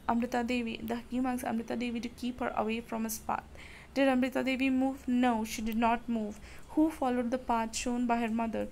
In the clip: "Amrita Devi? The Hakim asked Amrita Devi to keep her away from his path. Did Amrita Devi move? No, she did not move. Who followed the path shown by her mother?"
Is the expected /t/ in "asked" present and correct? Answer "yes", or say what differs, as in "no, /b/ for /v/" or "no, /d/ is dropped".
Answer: no, /t/ is dropped